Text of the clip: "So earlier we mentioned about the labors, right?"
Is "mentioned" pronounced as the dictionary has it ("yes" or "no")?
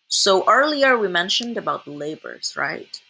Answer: yes